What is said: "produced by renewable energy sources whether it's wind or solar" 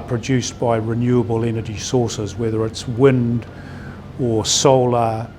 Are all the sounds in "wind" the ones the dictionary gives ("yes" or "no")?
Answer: yes